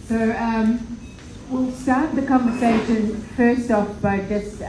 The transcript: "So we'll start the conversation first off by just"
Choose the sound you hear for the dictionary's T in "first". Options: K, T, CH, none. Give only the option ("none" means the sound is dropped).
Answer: T